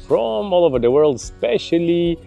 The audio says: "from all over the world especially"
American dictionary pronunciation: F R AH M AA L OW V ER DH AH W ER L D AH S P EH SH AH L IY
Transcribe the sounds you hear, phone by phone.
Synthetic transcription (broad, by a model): F R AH M AA L OW V ER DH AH W ER L D S P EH SH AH L IY